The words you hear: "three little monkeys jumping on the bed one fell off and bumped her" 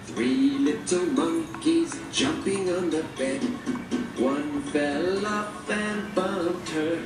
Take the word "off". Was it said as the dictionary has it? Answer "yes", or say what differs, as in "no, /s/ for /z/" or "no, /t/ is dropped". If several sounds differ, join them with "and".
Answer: no, /p/ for /f/